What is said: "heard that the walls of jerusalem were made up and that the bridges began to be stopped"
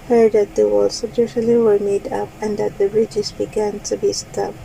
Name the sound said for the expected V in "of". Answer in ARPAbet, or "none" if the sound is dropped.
B